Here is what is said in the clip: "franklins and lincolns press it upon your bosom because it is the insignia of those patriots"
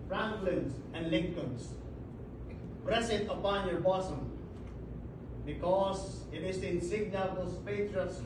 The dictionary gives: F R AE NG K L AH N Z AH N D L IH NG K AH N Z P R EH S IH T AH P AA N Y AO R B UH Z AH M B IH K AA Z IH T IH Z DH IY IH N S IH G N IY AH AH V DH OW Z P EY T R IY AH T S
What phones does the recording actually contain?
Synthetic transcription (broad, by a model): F R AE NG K L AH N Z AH N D L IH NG K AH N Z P R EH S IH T AH P AA N Y AO R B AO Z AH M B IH K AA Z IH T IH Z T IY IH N S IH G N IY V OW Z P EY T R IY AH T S